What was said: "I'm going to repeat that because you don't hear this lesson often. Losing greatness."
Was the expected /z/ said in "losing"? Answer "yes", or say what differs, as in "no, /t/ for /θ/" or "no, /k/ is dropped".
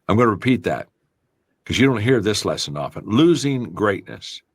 yes